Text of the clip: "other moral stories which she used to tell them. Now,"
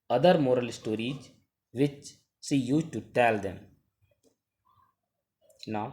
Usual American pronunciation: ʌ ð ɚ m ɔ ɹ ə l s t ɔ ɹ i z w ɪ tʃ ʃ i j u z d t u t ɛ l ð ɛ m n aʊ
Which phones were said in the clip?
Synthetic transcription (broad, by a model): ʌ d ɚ m ɔ ɹ ə l s t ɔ ɹ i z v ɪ tʃ s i j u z t u t ɛ l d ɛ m n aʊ